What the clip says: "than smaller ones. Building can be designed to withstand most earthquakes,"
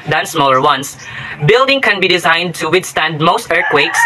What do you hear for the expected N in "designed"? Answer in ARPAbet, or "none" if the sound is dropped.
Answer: N